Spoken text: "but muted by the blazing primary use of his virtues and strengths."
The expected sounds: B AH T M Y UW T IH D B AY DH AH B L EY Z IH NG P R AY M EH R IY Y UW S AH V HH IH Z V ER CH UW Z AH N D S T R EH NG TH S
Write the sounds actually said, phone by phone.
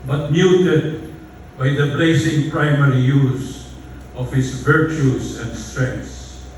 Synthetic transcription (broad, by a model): B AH T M Y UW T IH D B AY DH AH B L EY S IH NG P R AY M EH R IY Y UW S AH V HH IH S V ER CH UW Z AH N D S T R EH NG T S